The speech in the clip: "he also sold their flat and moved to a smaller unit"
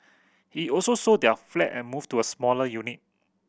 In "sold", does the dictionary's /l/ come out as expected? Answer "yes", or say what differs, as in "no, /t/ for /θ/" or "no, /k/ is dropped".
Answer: no, /l/ is dropped